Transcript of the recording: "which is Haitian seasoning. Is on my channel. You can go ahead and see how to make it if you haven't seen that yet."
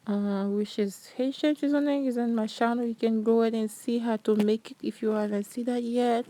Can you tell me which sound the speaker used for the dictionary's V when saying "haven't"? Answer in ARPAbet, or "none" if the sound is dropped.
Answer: none